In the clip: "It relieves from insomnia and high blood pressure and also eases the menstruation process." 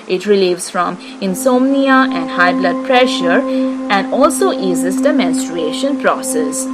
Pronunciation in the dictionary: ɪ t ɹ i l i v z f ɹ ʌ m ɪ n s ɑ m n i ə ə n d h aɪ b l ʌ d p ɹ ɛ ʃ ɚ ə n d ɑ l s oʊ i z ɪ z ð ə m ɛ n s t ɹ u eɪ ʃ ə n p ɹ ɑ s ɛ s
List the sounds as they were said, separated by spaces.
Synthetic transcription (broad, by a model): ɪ t ɹ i l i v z f ɹ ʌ m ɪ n s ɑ m n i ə ə n d h aɪ b l ʌ d p ɹ ɛ ʃ ɚ ə n d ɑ l s oʊ i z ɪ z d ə m ɛ n s t ɹ u eɪ ʃ ə n p ɹ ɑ s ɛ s